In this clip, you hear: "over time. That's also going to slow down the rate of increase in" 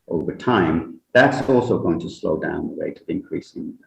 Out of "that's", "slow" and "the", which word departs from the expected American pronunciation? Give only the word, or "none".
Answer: none